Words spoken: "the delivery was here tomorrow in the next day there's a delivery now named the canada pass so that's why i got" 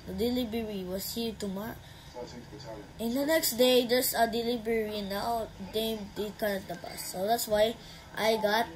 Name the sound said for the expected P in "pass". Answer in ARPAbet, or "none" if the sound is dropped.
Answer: B